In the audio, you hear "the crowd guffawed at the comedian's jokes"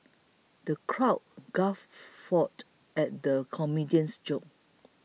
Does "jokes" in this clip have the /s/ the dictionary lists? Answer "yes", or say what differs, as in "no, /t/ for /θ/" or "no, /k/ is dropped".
no, /s/ is dropped